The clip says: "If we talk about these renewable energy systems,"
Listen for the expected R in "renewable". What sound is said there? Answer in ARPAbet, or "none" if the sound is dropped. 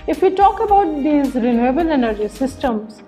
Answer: R